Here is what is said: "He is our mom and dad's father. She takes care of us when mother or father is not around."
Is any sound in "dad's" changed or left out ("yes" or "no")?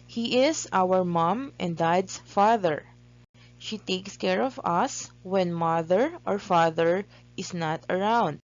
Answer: yes